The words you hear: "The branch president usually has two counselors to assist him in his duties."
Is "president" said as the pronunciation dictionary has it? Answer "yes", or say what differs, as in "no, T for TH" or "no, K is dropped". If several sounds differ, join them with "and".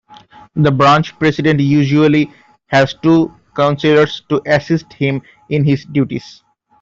no, S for Z